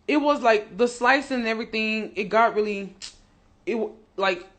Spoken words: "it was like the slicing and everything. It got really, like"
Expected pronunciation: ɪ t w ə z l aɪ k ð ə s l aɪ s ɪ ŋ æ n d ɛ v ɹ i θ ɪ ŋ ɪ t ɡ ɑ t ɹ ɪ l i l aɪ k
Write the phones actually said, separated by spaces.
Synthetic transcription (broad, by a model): ɪ t w ə z l aɪ k ð ə s l aɪ s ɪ n ɛ v ɹ i θ ɪ ŋ ɪ t ɡ ɑ t ɹ ɪ l i l aɪ k